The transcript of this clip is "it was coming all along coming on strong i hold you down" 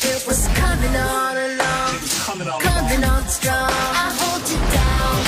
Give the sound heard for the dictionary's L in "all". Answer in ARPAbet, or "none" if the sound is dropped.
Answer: N